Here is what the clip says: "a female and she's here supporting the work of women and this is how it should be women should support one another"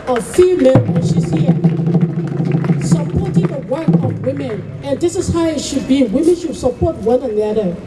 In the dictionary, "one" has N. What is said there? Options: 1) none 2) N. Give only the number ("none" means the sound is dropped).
2